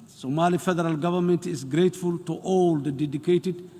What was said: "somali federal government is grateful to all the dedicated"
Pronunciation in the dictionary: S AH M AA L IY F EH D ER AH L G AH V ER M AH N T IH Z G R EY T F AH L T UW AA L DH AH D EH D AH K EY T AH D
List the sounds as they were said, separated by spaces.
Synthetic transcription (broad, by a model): S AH M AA L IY F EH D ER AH L G AH V ER M AH N T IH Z G R EY T F AH L T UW AA L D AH D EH D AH K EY T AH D